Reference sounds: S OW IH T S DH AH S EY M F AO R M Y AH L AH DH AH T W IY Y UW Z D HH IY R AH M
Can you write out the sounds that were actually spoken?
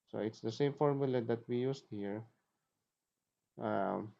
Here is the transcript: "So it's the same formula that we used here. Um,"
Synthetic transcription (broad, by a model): S OW IH T S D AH S EY M F AO R M Y AH L AH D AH T W IY Y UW S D HH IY R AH M